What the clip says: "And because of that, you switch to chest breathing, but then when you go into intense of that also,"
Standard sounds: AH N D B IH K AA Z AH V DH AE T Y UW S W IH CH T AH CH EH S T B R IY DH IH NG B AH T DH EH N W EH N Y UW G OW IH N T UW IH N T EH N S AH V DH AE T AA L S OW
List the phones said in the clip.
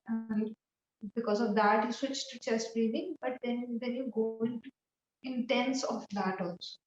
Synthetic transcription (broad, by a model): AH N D B IH K AA Z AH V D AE T Y UW S W IH CH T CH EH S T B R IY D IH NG B AH T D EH N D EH N Y UW G OW IH N T UW IH N T EH N S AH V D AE T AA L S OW